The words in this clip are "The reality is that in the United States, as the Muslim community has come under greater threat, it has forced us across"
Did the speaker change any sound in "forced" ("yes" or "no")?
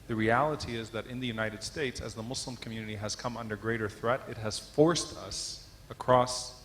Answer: no